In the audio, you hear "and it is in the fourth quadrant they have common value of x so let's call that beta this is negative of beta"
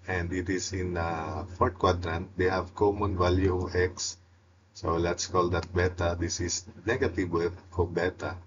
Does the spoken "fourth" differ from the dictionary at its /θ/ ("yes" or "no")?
yes